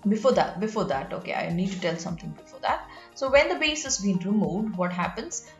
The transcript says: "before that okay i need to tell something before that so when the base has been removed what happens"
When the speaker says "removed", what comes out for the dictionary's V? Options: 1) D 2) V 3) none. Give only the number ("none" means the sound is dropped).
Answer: 3